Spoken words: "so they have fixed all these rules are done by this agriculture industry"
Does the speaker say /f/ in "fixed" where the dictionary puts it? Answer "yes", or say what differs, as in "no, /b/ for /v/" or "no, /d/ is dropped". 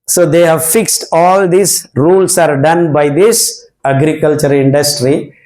yes